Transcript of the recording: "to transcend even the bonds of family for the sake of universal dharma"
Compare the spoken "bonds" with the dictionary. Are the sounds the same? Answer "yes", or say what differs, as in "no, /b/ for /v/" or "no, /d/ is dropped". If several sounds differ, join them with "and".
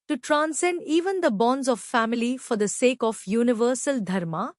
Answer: yes